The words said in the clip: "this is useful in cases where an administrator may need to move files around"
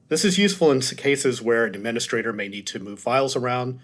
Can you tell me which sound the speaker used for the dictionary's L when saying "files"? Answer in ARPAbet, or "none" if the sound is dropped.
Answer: L